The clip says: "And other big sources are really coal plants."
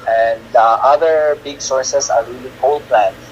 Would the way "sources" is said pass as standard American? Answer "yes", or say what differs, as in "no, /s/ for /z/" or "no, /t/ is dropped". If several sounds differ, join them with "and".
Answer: no, /s/ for /z/